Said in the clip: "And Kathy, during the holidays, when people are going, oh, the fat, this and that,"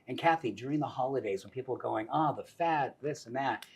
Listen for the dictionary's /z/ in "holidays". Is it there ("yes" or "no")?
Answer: yes